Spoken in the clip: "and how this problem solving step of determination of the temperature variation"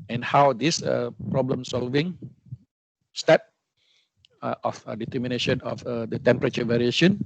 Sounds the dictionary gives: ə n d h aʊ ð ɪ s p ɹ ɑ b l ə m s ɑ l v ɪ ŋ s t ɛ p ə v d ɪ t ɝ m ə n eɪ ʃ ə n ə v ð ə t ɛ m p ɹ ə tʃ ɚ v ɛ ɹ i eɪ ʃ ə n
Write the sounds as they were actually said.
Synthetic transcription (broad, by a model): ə n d h aʊ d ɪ s p ɹ ɑ b l ə m s ɑ l v ɪ ŋ s t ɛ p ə f d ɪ t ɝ m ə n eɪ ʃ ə n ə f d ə t ɛ m p ɹ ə tʃ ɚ v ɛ ɹ i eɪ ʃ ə n